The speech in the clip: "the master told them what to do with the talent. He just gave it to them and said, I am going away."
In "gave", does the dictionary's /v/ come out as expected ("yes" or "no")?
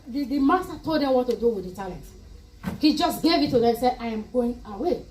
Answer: yes